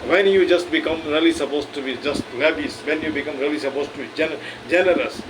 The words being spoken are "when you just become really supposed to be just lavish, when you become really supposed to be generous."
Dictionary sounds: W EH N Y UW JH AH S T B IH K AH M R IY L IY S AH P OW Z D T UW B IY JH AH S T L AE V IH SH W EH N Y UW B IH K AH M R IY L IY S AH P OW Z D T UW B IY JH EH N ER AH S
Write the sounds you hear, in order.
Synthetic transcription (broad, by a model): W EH N Y UW JH AH S T B IH K AH M R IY L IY S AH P OW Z T UW B IY JH AH S T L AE B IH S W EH N Y UW B IH K AH M R IY L IY S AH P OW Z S T UW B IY JH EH N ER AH S